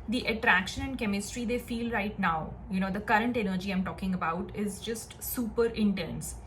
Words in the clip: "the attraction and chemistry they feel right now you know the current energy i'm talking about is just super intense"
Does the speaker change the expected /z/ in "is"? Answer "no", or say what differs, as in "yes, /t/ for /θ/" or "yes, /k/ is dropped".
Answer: no